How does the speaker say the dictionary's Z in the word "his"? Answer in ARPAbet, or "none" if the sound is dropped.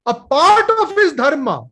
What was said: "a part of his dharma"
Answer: S